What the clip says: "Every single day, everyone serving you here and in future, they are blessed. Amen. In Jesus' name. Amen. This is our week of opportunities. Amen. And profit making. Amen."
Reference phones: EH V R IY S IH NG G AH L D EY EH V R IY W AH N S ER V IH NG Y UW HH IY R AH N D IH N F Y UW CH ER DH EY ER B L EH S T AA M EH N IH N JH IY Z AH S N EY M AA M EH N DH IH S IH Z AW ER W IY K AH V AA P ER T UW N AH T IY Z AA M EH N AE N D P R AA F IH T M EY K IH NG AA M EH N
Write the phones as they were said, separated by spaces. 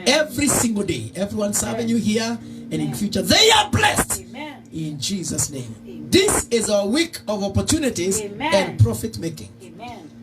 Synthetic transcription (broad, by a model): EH V R IY S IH NG G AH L D EY EH V R IY W AH N S ER V IH NG Y UW HH IY R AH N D IH N F Y UW CH ER DH EY ER B L EH S T IH N JH IY Z AH S N EY AA M DH IH S IH Z AW ER W IY K AH V AA P ER T UW N AH T IY Z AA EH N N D P R AA F IH T M EY K IH NG